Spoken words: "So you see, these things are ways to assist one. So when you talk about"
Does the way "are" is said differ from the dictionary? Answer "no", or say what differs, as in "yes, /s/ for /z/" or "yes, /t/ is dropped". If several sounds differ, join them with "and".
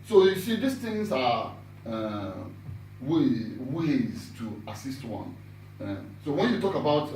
yes, /w/ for /ɹ/